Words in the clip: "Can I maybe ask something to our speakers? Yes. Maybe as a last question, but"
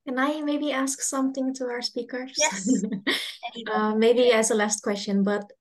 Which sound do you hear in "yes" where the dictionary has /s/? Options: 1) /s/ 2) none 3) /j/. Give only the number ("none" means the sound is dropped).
2